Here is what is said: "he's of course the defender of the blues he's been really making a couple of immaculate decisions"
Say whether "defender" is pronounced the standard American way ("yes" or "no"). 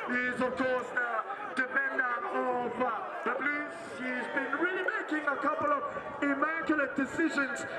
no